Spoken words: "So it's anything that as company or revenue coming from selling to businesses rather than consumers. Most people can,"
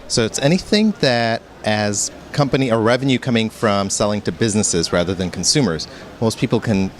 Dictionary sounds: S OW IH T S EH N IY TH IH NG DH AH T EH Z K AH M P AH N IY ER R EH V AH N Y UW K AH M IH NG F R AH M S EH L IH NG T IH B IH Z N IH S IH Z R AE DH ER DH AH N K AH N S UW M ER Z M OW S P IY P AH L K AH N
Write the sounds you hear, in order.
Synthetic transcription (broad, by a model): S OW IH T S EH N IY TH IH NG DH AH T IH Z K AH M P AH N IY ER R EH V AH N Y UW K AH M IH NG F R AH M S EH L IH NG T IH B IH Z N IH S IH Z R AE DH ER DH AH N K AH N S UW M ER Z M OW S P IY P L K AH N